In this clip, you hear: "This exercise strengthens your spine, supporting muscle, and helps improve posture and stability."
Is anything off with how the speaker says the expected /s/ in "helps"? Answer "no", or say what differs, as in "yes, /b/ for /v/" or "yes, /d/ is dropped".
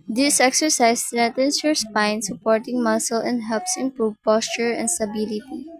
no